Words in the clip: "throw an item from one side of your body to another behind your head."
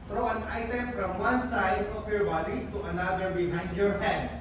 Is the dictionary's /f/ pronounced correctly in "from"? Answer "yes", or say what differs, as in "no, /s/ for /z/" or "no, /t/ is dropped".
no, /p/ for /f/